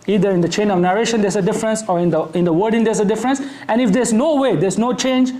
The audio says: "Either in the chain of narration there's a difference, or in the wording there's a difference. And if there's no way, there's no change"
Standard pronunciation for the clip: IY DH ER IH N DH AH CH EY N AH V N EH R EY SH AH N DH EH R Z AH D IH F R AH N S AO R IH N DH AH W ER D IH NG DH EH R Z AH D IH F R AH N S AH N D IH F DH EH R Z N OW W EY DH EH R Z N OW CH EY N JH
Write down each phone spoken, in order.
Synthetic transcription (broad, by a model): IY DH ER IH N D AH CH EY N AH V N EH R EY SH AH N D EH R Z AH D IH F R AH N S AO R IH N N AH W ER D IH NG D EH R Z AH D IH F R AH N S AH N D IH F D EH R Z N OW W EY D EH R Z N OW CH EY N JH